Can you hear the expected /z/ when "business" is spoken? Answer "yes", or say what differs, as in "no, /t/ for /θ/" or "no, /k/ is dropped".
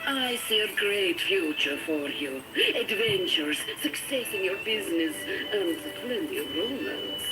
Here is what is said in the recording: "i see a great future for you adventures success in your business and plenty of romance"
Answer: yes